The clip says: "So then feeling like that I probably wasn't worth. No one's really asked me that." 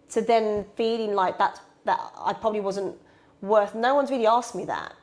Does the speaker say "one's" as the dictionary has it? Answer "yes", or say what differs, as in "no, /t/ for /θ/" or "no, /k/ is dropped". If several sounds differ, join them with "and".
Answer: yes